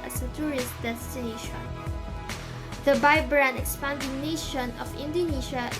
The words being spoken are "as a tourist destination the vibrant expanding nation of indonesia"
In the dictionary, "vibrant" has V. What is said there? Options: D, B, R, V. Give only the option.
B